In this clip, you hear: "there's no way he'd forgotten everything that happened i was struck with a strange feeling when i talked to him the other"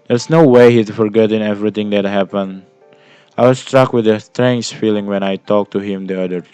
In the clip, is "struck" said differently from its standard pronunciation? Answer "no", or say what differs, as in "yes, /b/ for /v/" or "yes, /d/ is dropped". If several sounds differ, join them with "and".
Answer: no